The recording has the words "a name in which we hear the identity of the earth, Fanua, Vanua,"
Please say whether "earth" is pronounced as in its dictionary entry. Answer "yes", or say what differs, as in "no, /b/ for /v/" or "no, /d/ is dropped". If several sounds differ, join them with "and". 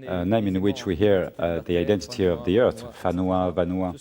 yes